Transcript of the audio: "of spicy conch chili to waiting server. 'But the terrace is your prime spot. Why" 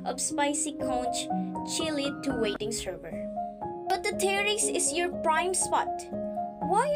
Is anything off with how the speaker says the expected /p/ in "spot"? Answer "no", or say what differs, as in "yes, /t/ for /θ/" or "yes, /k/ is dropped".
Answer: no